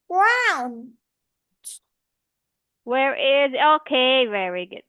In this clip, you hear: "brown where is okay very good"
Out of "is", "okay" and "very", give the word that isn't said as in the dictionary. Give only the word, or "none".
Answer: none